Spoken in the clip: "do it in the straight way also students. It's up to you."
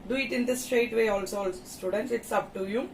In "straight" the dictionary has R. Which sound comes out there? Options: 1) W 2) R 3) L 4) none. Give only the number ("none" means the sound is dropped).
2